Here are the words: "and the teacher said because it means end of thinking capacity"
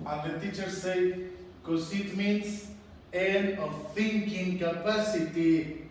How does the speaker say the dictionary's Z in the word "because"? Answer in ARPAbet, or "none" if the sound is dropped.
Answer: S